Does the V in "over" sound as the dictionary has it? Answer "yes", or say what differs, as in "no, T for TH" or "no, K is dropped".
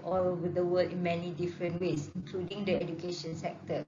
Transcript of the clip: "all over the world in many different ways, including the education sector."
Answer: no, W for V